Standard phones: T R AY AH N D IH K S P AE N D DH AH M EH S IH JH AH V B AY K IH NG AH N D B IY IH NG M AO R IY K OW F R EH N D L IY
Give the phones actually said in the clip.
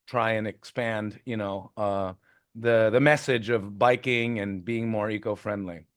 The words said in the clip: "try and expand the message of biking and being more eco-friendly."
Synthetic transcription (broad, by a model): T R AY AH N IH K S P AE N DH DH AH M EH S IH JH AH V B AY K IH NG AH N B IY IH NG M AO R IY K OW F R EH N D L IY